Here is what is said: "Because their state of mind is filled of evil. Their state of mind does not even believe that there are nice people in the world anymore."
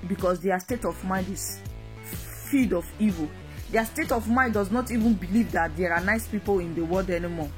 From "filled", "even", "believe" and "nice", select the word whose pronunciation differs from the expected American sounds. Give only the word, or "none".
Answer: filled